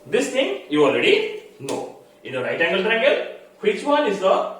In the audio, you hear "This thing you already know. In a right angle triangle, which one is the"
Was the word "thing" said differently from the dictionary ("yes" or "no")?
yes